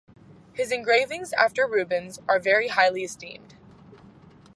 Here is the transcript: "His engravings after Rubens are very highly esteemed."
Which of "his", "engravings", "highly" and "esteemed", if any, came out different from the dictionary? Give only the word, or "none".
none